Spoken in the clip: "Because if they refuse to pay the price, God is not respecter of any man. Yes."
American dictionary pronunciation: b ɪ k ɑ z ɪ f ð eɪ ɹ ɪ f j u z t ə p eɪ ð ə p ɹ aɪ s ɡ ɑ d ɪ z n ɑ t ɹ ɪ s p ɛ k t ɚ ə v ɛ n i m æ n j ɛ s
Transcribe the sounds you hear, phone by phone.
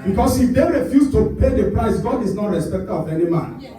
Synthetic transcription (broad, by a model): b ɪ k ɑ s ɪ f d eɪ ɹ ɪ f j u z t ə p eɪ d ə p ɹ aɪ s ɡ ɑ d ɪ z n ɑ t ɹ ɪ s p ɛ k t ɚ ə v ɛ n i m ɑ n